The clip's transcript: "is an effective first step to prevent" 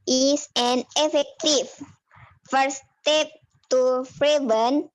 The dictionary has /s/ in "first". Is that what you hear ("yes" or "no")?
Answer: no